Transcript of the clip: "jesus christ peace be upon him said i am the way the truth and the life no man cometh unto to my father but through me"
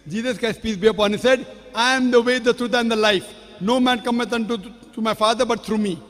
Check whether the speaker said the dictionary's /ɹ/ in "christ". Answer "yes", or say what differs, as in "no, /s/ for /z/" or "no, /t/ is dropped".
no, /ɹ/ is dropped